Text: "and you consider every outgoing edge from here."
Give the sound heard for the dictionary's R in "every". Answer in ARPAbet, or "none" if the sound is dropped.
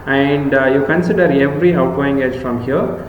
R